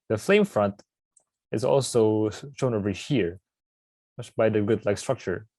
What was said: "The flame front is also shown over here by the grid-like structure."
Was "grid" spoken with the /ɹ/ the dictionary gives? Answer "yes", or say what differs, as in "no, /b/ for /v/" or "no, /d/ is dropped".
no, /ɹ/ is dropped